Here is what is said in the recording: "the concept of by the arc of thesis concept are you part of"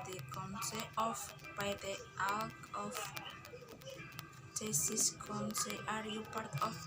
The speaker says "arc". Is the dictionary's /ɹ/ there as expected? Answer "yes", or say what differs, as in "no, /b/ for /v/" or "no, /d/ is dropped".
no, /l/ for /ɹ/